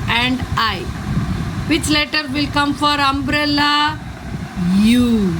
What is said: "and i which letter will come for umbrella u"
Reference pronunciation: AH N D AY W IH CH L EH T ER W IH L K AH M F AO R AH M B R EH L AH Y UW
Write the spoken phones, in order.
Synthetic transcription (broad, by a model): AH N D AY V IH CH L EH T ER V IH L K AH M F AO R AH M B R EH L AH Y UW